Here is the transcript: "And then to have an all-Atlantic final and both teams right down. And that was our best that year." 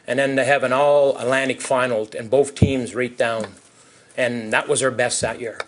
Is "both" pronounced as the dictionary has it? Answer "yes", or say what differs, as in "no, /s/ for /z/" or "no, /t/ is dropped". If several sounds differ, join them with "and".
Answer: yes